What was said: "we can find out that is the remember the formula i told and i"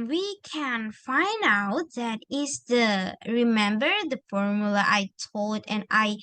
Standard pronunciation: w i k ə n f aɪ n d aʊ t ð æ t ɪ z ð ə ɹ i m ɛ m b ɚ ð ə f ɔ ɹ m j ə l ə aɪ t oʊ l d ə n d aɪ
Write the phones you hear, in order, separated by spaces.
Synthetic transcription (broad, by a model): w i k ə n f aɪ n d aʊ t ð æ t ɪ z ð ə ɹ i m ɛ m b ɚ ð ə f ɔ ɹ m j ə l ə aɪ t oʊ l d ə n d aɪ